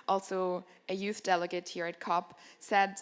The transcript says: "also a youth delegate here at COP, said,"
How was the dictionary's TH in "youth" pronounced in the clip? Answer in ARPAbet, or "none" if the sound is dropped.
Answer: TH